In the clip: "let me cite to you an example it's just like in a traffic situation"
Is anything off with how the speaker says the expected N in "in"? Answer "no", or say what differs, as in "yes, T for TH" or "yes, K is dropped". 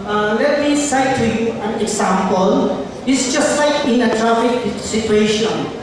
no